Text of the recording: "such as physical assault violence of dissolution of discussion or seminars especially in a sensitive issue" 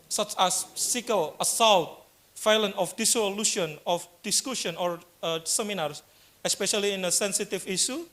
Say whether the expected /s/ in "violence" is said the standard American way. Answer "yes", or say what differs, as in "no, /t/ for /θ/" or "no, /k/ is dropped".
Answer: no, /s/ is dropped